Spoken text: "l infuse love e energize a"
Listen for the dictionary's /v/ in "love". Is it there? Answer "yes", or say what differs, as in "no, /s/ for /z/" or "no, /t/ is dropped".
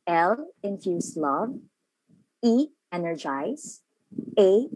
yes